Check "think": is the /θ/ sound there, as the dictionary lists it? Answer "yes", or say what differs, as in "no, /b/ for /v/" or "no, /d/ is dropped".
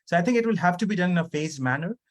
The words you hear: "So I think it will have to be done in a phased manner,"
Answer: no, /t/ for /θ/